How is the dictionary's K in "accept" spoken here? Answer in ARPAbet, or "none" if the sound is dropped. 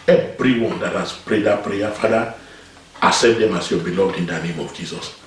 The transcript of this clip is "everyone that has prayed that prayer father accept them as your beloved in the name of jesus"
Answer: none